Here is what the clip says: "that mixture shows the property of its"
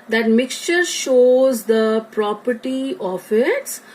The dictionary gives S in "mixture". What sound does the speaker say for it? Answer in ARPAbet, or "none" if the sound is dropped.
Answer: S